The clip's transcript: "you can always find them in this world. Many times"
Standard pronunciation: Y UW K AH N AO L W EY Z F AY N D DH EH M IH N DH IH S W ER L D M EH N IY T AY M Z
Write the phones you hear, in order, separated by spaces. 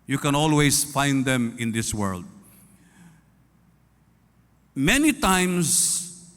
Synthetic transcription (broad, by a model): Y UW K AH N AO L W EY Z F AY N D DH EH M IH N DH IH S W ER L D M EH N IY T AY M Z